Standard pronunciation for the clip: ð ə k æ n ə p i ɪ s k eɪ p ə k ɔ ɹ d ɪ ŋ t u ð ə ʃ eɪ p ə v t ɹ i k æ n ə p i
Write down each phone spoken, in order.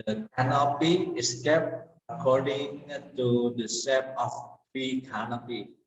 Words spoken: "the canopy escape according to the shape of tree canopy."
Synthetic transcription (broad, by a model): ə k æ n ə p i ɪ s k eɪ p ə k ɔ ɹ d ɪ ŋ t u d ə s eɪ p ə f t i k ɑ n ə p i